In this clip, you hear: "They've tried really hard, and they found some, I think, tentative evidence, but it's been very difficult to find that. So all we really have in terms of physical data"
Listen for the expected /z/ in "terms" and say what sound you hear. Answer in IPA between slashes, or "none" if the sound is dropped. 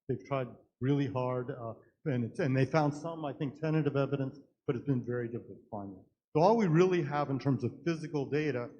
/z/